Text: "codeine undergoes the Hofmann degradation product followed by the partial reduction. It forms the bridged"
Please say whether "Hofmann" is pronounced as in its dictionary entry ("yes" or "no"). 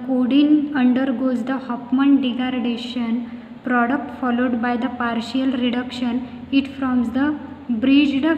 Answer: no